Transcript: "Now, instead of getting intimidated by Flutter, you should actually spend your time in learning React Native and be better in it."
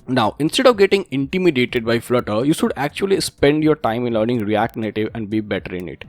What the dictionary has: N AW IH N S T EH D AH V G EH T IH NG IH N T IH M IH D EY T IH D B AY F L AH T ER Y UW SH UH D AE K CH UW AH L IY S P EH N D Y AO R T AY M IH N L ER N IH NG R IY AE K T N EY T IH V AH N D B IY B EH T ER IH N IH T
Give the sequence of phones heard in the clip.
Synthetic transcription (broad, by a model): N AW IH N S T EH D AH V G EH T IH NG IH N T IH M IH D EY T IH D B AY F L AH T ER Y UW SH UH D AE K CH UW AH L IY S P EH N D Y AO R T AY M IH N L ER N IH NG R IY AE K T N EY T IH V AH N D B IY B EH T ER IH N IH T